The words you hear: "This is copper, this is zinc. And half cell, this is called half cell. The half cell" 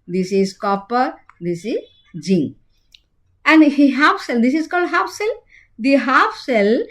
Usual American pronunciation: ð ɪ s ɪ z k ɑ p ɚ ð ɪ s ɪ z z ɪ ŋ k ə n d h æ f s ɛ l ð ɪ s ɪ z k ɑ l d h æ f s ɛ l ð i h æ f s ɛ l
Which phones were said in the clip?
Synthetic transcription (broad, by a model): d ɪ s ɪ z k ɑ p ɚ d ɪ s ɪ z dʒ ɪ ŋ ə n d h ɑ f s ɛ l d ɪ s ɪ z k ɑ l d h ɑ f s ɛ l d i h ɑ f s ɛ l